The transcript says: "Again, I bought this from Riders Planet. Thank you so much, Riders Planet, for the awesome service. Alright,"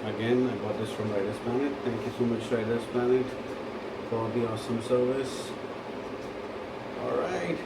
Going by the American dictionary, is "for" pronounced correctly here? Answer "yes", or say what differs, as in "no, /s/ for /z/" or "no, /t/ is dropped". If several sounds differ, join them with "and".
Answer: no, /l/ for /ɹ/